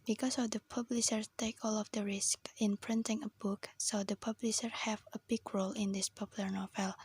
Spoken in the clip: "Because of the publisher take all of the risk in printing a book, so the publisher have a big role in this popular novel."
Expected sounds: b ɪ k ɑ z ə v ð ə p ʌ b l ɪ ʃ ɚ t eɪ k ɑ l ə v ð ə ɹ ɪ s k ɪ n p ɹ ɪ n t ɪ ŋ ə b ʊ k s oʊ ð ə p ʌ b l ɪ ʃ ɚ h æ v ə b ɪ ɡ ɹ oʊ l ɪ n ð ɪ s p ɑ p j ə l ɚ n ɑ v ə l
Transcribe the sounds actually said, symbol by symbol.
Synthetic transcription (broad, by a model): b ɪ k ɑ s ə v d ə p ʌ b l ɪ ʃ ɚ t eɪ k ɑ l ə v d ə ɹ ɪ s k ɪ n p ɹ ɪ n t ɪ ŋ ə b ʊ k s oʊ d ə p ʌ b l ɪ ʃ ɚ h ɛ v ə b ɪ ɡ ɹ oʊ l ɪ n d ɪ s p ɑ p j ə l ɚ n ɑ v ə l